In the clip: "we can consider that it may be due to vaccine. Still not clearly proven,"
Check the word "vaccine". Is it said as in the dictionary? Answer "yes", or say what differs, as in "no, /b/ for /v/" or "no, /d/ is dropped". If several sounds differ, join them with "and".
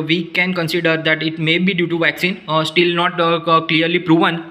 yes